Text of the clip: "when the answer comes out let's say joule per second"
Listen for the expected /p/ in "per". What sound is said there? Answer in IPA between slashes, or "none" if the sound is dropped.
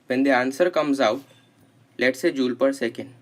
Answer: /p/